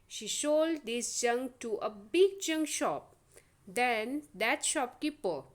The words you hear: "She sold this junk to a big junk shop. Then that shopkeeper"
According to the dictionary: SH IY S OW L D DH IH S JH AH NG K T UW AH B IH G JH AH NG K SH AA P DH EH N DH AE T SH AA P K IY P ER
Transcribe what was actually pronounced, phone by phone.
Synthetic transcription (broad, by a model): SH IY SH OW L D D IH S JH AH NG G T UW AH B IH G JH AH NG SH AA P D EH N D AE T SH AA P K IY P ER